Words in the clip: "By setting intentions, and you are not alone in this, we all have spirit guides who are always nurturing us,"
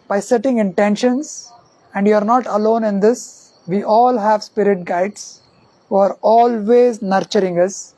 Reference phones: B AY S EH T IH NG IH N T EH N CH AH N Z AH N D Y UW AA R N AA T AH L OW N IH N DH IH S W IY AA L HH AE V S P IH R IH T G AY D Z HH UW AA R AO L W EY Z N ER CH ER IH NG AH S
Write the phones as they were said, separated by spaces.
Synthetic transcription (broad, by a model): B AY S EH T IH NG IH N T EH N SH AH N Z AH N D Y UW AA R N AA T AH L OW N IH N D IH S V IY AA L HH AE V S P IH R IH T G AY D S HH UW AA R AO L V EY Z N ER CH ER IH NG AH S